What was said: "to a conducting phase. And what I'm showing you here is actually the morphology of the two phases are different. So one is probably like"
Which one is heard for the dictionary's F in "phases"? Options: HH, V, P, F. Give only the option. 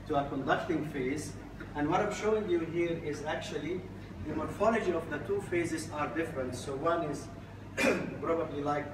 F